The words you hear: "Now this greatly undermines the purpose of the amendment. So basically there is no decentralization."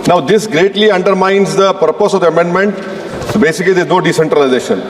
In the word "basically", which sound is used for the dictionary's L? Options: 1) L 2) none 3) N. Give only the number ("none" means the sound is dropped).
2